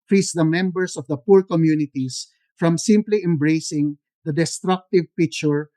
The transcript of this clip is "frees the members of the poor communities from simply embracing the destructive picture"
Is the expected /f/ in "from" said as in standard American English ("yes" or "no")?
yes